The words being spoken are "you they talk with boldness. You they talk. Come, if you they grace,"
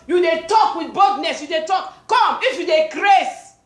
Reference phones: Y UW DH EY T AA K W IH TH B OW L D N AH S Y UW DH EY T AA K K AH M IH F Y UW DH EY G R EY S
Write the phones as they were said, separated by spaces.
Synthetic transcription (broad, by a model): Y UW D EY T AA K W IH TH B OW D N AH S Y UW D EY T AA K K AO M IH F Y UW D EY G R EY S